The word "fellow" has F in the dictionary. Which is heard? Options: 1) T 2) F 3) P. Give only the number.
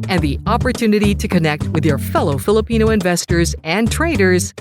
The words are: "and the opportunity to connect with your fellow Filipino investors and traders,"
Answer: 2